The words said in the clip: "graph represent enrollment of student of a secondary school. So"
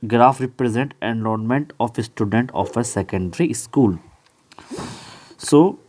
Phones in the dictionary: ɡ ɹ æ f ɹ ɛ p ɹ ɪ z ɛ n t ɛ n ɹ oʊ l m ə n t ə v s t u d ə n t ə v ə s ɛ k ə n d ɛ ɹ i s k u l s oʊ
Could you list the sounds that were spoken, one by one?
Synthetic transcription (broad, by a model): ɡ ɹ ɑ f ɹ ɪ p ɹ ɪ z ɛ n t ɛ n l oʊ n m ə n t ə f s t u d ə n t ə f ə s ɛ k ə n d ɹ i s k u l s oʊ